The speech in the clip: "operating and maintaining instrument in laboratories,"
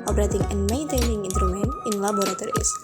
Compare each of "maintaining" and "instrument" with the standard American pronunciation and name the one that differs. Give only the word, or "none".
instrument